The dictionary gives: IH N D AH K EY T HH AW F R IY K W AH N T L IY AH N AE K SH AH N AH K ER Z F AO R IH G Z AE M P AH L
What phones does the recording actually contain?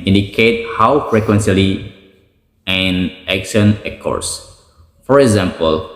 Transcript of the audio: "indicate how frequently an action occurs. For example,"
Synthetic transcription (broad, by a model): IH N D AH K EY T HH AW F R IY K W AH N S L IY AH N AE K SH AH N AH K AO S F AO R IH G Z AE M P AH L